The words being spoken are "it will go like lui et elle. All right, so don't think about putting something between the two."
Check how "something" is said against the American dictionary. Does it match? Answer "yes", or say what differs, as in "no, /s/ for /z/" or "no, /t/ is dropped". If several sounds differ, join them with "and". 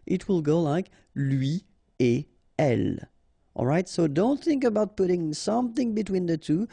yes